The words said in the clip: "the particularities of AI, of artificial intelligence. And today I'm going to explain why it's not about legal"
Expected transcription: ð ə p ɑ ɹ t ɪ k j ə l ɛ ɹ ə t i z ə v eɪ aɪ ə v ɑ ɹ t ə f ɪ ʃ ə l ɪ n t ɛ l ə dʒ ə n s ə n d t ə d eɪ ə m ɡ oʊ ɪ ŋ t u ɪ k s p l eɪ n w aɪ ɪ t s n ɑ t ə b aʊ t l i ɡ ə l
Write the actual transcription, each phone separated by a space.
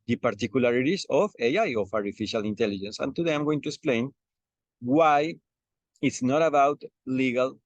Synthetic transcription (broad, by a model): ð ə p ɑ ɹ t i k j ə l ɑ ɹ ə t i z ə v eɪ aɪ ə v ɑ ɹ t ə f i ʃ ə l ɪ n t ɛ l ə dʒ ə n s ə n t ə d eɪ ə m ɡ oʊ ɪ ŋ t u ɪ k s p l eɪ n w aɪ ɪ t s n ɑ t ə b aʊ t l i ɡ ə l